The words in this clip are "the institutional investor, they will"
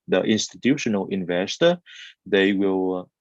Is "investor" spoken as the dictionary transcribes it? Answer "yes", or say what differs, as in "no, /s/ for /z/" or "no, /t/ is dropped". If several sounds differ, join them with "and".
yes